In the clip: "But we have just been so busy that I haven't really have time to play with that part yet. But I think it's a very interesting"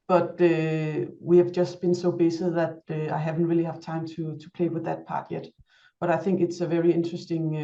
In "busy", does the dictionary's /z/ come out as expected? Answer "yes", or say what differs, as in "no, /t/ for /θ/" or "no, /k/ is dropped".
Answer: no, /s/ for /z/